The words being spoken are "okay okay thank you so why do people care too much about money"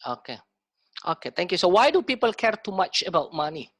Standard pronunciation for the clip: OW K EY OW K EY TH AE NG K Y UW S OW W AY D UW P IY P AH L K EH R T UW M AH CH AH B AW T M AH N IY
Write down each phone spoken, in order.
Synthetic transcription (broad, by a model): OW K EY OW K EY T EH NG K Y UW S OW W AY D UW P IY P AH L K EH R T UW M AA CH AH B AW T M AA N IY